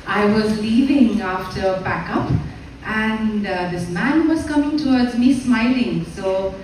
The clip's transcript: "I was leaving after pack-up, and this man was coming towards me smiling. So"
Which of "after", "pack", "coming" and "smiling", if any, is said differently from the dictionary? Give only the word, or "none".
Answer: pack